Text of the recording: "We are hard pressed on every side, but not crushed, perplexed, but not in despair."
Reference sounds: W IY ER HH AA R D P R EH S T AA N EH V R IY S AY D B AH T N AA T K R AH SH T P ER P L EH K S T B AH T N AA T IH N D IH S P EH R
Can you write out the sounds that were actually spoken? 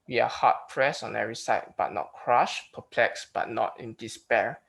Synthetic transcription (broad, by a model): W IY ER HH AA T P R EH S AA N EH V R IY S AY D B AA T N AA T K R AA SH P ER P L EH K S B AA T N AA T IH N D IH S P EH R